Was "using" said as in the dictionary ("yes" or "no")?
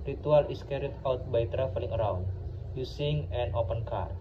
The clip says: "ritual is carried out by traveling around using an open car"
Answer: no